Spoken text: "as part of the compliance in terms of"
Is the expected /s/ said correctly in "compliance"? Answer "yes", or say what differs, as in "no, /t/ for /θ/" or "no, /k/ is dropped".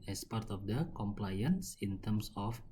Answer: yes